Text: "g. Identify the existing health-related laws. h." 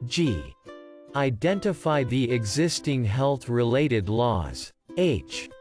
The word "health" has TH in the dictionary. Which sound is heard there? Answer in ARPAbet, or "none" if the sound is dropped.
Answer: TH